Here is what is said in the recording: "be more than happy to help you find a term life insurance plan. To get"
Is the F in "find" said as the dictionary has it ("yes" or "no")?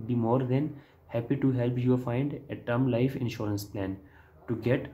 yes